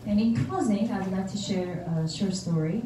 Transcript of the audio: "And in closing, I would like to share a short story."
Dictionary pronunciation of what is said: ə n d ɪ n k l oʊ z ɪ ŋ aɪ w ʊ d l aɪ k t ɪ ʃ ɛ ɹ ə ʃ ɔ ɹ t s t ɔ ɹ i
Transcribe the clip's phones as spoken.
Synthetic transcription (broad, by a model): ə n ɪ n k oʊ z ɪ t aɪ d l aɪ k t ɪ ʃ ɛ ɹ ə ʃ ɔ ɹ s t ɔ ɹ i